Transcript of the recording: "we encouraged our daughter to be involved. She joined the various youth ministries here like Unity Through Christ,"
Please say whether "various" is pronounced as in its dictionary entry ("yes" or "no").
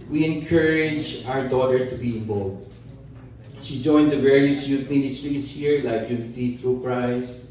yes